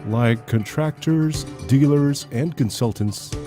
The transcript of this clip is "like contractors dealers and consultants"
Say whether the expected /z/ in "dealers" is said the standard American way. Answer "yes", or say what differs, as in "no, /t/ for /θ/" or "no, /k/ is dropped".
yes